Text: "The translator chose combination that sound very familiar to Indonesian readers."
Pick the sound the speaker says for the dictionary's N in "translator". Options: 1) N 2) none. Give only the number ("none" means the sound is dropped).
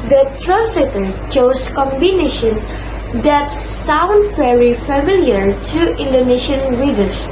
1